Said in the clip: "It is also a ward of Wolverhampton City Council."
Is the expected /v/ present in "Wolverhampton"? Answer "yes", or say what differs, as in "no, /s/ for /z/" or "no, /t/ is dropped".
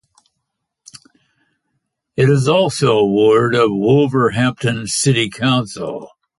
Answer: yes